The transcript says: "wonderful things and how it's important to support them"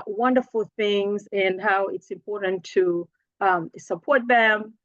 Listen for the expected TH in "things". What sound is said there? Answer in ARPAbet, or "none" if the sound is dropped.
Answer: TH